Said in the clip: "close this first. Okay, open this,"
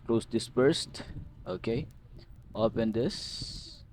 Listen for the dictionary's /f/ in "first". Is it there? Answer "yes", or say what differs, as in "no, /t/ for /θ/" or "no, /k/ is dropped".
no, /p/ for /f/